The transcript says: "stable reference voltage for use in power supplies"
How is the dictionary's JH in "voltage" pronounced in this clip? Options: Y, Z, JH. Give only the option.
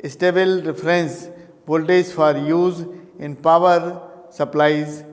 Z